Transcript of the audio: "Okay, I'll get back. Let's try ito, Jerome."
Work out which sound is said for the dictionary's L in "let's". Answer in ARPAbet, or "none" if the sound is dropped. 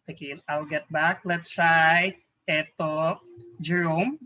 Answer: L